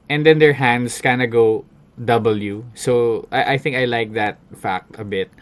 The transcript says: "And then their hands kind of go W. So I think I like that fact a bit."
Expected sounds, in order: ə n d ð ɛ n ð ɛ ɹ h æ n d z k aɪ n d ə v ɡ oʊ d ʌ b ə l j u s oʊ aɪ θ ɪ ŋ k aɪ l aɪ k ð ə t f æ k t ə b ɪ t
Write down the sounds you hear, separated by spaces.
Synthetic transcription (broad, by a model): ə n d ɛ n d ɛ ɹ h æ n d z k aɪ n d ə ɡ oʊ d ʌ b ə l j u s oʊ aɪ θ ɪ ŋ k aɪ l aɪ k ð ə t f æ k t ə b ɪ t